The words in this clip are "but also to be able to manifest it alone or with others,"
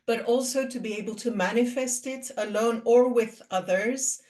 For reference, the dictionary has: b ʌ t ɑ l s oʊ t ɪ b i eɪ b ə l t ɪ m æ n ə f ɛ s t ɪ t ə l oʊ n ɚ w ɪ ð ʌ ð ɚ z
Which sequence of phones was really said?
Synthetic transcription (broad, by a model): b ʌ t ɑ l s oʊ t ɪ b i eɪ b ə l t ɪ m æ n ə f ɛ s t ɪ t ə l oʊ n ɚ w ɪ ð ʌ ð ɚ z